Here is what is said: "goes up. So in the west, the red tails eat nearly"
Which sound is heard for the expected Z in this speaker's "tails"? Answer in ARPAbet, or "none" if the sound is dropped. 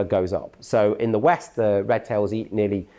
Z